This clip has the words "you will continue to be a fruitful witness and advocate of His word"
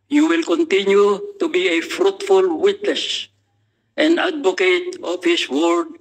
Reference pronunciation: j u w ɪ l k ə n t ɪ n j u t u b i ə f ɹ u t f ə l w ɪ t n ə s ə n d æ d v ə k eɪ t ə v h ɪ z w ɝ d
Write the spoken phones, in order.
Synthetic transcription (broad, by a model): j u w ɪ l k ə n t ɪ n j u t u b i ə f ɹ u t f ə l w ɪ t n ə s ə n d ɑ d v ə k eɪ t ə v h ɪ s w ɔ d